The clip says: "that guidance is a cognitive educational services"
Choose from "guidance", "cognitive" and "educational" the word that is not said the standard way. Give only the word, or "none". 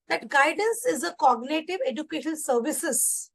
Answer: educational